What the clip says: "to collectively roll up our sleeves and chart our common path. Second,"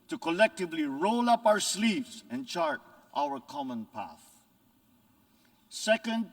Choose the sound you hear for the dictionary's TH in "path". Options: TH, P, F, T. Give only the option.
TH